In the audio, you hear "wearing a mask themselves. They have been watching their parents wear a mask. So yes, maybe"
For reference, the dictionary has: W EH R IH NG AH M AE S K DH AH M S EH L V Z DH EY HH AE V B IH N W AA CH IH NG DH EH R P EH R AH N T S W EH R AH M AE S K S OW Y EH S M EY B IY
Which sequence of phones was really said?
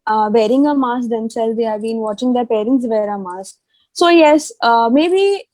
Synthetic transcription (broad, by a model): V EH R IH NG AH M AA S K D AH M S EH L Z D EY HH AE V B IH N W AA CH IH NG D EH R P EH R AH N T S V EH R AH M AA S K S OW Y EH S M EY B IY